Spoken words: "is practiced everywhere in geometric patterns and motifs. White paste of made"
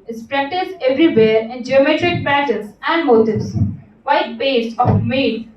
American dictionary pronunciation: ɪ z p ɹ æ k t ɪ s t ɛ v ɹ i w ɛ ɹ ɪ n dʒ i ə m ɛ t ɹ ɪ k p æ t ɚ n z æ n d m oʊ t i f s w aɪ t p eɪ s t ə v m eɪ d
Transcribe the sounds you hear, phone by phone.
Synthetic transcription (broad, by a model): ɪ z p ɹ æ k t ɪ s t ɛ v ɹ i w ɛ ɹ ɪ n dʒ i ə m ɛ t ɹ ɪ k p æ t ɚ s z æ n d m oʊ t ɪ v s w aɪ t b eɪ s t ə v m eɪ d